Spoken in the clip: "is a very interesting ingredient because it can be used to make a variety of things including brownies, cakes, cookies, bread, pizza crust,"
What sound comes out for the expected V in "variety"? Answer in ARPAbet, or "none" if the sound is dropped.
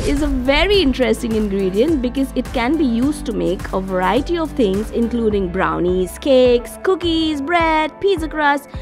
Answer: V